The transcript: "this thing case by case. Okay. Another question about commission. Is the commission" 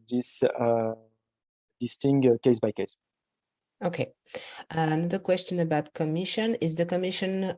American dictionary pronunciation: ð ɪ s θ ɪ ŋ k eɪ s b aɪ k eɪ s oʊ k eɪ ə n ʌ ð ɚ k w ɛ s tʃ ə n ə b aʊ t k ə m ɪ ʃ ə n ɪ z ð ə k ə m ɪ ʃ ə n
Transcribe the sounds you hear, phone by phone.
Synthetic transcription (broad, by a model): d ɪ s t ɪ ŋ k eɪ s b aɪ k eɪ s oʊ k eɪ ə n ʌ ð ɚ k w ɛ s tʃ ə n ə b aʊ t k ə m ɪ ʃ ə n ɪ z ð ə k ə m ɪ ʃ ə n